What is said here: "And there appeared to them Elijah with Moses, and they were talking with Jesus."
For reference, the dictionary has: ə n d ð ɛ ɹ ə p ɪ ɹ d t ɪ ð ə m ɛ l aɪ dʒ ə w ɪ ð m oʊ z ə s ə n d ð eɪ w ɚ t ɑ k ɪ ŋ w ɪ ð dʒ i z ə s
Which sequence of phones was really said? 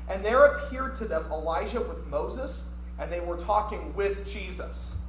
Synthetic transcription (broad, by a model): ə n ð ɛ ɹ ə p ɪ ɹ d t ɪ ð ə m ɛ l aɪ ʒ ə w ɪ ð m oʊ z ə s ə n ð eɪ w ɚ t ɑ k ɪ ŋ w ɪ ð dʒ i z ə s